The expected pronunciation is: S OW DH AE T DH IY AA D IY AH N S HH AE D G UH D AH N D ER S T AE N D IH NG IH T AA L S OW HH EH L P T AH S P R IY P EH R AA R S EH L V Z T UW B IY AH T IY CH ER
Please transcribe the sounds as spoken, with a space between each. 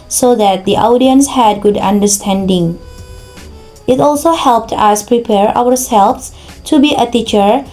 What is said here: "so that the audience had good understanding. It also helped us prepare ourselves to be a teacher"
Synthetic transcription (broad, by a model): S OW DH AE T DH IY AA D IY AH N S HH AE D G UH D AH N D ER S T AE N D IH NG IH T AA L S OW HH EH L P T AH S P R IY P EH R AA R S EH L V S T UW B IY AH T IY CH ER